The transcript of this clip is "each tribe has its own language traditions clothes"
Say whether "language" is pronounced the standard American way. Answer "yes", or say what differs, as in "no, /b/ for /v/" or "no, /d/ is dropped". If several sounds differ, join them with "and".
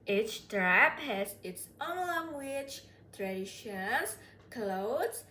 no, /tʃ/ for /dʒ/